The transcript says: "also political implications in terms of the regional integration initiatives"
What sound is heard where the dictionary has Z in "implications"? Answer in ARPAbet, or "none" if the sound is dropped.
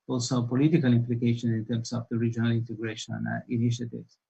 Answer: none